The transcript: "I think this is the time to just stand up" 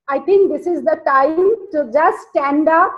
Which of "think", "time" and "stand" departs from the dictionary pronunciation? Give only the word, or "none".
think